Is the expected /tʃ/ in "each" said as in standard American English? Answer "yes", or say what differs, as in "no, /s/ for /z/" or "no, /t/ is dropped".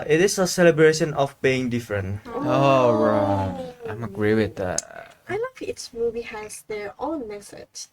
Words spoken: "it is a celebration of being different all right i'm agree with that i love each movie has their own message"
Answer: no, /s/ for /tʃ/